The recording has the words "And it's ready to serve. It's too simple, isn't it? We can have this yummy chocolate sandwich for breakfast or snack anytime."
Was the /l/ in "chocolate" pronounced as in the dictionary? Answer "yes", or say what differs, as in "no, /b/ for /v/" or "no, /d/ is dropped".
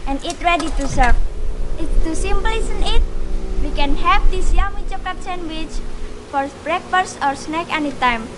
no, /l/ is dropped